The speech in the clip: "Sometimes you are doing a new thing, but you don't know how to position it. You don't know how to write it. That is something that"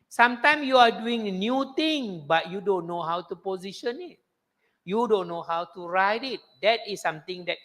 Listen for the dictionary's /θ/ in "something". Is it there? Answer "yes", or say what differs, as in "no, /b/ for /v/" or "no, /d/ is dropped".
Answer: no, /t/ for /θ/